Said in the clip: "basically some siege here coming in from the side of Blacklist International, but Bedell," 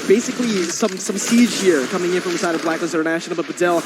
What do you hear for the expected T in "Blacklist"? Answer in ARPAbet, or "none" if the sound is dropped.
none